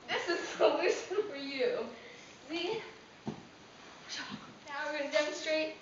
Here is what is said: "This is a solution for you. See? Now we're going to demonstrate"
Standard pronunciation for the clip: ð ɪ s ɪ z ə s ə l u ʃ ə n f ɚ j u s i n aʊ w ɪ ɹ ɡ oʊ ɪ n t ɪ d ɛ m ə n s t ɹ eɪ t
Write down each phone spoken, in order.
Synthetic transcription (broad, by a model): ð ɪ s ɪ z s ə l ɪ s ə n f ɚ j u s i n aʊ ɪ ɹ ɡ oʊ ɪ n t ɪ d ɛ m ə n s t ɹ eɪ t